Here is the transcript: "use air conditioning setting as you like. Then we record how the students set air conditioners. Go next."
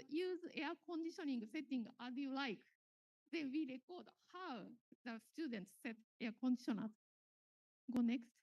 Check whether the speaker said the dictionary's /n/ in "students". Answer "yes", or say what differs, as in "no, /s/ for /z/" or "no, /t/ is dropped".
yes